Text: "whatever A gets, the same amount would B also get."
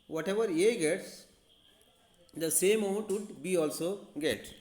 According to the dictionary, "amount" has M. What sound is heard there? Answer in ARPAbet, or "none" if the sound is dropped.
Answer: none